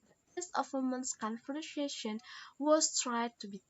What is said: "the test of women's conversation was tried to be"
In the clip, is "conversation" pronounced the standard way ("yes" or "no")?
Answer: no